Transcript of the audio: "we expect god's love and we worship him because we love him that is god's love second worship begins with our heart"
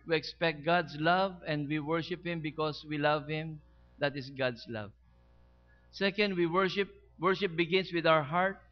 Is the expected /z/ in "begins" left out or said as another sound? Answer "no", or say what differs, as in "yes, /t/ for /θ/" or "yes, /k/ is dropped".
yes, /s/ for /z/